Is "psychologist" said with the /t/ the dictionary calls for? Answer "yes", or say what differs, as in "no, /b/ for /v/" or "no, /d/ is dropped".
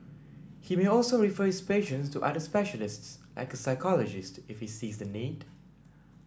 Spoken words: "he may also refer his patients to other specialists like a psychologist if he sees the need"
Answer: yes